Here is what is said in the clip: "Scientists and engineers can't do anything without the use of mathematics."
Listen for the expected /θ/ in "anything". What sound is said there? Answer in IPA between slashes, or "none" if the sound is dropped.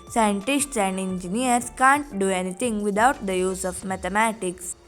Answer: /t/